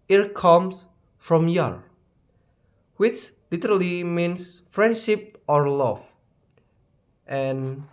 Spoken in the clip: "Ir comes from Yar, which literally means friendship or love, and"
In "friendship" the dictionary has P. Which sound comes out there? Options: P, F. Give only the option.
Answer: P